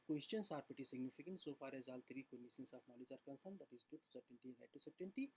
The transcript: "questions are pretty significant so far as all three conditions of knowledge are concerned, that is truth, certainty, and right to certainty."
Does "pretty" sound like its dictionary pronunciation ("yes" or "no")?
no